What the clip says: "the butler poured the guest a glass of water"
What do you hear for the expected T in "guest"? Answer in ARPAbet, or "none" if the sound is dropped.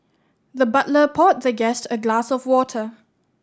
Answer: T